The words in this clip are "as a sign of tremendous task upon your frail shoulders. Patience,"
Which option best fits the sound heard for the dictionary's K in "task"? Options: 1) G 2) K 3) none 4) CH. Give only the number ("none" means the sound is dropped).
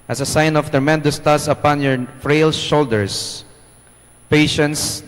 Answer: 3